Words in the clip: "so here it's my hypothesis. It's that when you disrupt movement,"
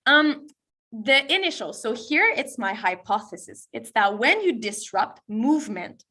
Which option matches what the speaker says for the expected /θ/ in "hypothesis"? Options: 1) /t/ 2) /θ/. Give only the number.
2